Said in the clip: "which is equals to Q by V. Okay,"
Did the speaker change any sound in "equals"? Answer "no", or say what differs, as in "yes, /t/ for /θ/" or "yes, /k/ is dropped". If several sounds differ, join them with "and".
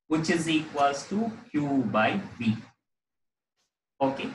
yes, /l/ is dropped